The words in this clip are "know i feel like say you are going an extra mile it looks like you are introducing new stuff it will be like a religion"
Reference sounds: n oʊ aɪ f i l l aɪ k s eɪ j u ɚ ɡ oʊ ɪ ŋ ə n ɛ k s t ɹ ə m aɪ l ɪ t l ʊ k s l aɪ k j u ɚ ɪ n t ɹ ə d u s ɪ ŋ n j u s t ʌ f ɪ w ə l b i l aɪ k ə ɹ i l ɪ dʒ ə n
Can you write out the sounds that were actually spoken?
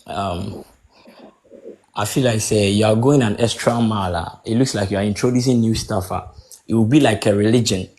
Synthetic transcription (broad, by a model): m aɪ f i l l aɪ k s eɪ j u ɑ ɡ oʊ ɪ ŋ ə n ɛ s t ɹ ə m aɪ l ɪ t l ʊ k s l aɪ k j u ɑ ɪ n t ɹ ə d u s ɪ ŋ n j u s t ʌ f ɪ w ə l b i l aɪ k ə ɹ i l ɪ dʒ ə n